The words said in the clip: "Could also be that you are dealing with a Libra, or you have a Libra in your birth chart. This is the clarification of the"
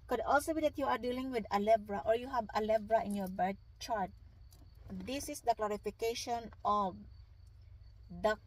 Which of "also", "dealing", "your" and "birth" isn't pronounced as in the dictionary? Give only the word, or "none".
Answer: birth